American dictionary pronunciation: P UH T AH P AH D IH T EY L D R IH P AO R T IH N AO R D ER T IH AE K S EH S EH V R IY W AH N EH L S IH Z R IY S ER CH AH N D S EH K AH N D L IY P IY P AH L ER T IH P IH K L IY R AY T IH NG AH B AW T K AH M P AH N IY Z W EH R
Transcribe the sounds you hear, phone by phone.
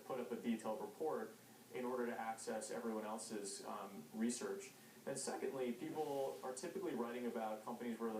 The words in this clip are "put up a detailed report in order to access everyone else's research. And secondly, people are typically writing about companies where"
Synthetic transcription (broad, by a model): P UH T AH P AH D IH T EY L D R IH P AO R T IH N AO R D ER T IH AE K S EH S EH V R IY W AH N EH L S IH Z R IY S ER CH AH N S EH K AH N D L IY P IY P L ER T IH P IH K L IY R AY T IH NG AH B AW T K AH M P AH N IY Z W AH R